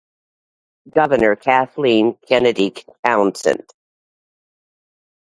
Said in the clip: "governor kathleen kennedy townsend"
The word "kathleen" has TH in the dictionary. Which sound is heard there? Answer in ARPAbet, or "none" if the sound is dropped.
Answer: TH